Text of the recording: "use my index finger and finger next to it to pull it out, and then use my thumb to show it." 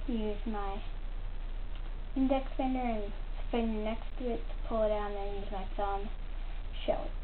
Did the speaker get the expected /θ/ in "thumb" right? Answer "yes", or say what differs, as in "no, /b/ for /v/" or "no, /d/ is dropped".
no, /s/ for /θ/